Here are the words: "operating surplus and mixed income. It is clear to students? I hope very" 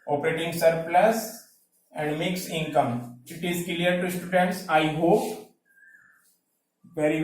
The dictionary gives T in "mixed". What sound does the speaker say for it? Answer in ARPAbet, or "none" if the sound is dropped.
none